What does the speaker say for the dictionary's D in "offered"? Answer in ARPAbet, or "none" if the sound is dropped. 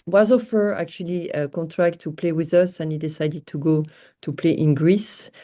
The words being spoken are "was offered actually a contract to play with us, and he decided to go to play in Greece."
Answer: none